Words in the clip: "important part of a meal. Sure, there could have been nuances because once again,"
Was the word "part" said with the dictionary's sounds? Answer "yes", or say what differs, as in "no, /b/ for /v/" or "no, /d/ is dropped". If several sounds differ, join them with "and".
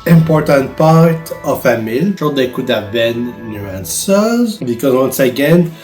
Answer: yes